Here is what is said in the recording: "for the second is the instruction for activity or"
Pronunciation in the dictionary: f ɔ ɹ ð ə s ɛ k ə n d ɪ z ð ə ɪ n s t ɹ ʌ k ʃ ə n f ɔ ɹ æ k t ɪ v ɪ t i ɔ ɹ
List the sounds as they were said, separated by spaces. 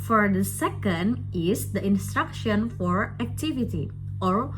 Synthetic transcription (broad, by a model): f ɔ ɹ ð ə s ɛ k ə n d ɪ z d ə ɪ n s t ɹ ʌ k ʃ ə n f ɔ ɹ æ k t ɪ v ɪ t i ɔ ɹ